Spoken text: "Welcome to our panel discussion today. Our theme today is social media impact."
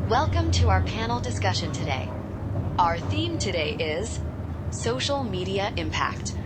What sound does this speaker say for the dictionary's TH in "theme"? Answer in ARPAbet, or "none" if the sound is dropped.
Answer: TH